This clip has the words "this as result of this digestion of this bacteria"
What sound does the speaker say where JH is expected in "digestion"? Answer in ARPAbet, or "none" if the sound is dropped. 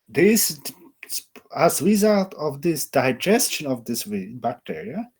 JH